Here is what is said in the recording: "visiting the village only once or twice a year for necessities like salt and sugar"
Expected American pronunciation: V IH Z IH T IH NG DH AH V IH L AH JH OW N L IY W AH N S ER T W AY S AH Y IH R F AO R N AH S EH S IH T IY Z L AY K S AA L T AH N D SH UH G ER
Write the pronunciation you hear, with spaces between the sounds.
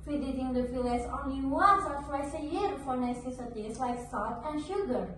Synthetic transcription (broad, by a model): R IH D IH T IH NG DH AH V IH L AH Z OW N L IY W AH N S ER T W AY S AH Y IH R F AO R N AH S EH S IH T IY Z L AY K S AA T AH N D SH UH G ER